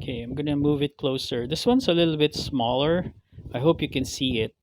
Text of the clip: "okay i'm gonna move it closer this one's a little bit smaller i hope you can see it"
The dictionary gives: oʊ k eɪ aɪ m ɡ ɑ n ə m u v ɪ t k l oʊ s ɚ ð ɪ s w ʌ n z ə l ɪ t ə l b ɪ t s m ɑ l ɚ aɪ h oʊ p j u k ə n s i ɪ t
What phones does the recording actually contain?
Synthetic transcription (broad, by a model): k eɪ aɪ m ɡ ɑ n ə m u v ɪ t k l oʊ s ɚ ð ɪ s w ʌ n s ə l ɪ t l b ɪ t s m ɑ l ɚ aɪ h oʊ p j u k ə n s i ɪ t